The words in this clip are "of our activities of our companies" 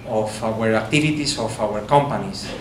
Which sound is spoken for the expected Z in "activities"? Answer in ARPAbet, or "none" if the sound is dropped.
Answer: S